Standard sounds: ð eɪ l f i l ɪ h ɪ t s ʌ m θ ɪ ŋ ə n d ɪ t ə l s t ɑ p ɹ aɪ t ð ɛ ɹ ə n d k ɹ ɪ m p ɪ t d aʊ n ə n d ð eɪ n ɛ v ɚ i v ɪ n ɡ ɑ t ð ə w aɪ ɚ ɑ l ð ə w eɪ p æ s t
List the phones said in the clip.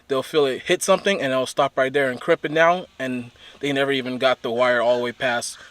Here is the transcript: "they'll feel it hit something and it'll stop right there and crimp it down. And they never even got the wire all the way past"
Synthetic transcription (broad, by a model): ð eɪ l f i l ɪ h ɪ t s ʌ m θ ɪ ŋ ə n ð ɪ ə l s t ɑ p ɹ aɪ t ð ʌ ɹ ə n k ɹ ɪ p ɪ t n aʊ ə n ð eɪ n ɛ v ɚ i v ɪ n ɡ ɑ t ð ə w aɪ ɚ ɑ l w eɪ p æ s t